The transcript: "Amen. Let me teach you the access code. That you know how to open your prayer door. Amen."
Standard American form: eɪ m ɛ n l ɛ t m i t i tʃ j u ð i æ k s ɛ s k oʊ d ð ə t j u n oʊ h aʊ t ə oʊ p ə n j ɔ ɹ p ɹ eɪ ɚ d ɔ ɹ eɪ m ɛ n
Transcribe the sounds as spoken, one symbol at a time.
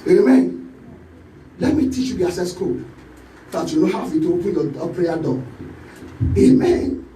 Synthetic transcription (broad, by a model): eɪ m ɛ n l ɛ t m i t i tʃ j u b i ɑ s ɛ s k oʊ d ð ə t j u n oʊ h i t ə oʊ p ə n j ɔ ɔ p ɹ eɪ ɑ d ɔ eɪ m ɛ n